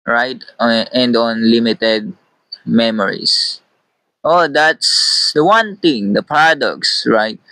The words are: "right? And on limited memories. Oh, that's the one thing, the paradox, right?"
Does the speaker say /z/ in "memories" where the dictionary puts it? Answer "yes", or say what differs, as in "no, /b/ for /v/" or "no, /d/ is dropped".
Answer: no, /s/ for /z/